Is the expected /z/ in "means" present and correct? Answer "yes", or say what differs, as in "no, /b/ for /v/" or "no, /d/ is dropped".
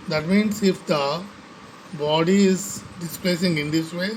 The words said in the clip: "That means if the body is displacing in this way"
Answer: no, /s/ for /z/